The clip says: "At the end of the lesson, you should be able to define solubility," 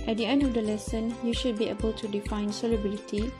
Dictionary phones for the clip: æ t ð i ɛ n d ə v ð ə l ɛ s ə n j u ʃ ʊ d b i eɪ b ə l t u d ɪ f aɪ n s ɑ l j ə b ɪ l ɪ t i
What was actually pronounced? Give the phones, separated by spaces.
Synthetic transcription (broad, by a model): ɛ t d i ɛ n d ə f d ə l ɛ s ə n j u ʃ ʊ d b i eɪ b ə l t u d ɪ f aɪ n s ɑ l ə b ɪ l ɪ t i